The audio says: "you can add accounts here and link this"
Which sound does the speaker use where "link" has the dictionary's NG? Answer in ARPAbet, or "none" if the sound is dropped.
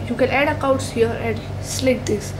none